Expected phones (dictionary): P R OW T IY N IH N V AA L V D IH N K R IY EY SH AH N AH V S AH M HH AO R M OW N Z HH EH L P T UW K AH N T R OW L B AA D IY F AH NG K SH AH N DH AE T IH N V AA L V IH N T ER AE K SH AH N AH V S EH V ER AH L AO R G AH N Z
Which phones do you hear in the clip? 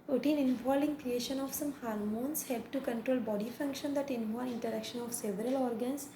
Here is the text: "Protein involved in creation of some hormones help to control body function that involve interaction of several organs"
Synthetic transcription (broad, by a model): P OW T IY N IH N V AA L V IH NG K R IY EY SH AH N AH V S AH M HH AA R M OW N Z HH EH L P T UW K AH N T R OW L B AA D IY F AH NG K SH AH N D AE T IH N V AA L IH N T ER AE K SH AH N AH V S EH V ER AH L AO R G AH N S